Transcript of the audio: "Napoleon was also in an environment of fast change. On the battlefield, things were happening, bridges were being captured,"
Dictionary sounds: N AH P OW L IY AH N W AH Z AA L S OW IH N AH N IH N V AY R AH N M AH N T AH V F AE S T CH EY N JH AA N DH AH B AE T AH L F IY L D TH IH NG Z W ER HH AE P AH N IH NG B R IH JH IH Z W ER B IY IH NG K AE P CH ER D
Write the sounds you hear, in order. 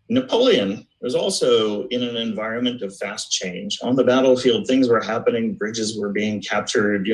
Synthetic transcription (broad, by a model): N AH P OW L IY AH N W AH Z AA L S OW IH N AH N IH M V AY R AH N M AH N T AH V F AE S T CH EY N JH N DH AH B AE T L F IY L D TH IH NG Z W ER HH AE P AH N IH NG B R IH JH IH Z W ER B IY IH NG K AE P CH ER D